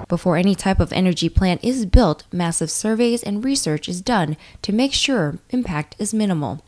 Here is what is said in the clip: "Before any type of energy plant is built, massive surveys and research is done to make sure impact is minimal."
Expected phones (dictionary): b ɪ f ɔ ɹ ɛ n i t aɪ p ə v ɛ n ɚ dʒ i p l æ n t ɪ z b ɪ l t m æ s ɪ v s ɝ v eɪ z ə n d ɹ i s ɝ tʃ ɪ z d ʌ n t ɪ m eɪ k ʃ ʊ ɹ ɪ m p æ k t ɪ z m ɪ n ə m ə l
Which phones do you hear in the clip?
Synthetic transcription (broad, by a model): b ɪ f ɔ ɹ ɛ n i t aɪ p ə v ɛ n ɚ dʒ i p l æ n t ɪ z b ɪ l t m æ s ɪ v s ɝ v eɪ z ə n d ɹ i s ɝ tʃ ɪ z d ʌ n t ɪ m eɪ k ʃ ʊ ɹ ɪ m p æ k t ɪ z m ɪ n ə m l